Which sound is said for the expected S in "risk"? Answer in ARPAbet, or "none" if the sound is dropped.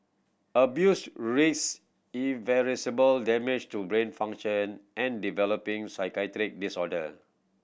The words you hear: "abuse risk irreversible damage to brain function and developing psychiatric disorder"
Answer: none